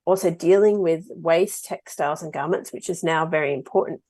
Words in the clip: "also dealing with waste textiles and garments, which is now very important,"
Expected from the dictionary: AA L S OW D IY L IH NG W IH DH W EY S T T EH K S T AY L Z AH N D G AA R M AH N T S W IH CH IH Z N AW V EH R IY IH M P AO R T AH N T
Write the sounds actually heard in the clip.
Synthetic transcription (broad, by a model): AA L S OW D IY L IH NG W IH DH W EY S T T EH K S T AY L Z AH N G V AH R M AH N T S W IH CH IH Z N AW V EH R IY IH M P AO R T N T